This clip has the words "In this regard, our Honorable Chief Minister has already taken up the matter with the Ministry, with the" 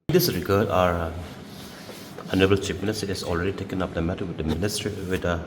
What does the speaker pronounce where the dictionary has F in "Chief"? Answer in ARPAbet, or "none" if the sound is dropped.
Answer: P